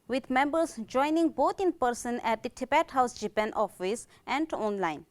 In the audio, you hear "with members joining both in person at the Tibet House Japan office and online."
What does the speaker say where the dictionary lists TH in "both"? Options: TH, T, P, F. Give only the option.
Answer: T